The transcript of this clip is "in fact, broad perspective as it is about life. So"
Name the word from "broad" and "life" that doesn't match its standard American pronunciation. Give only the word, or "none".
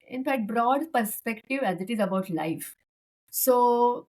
none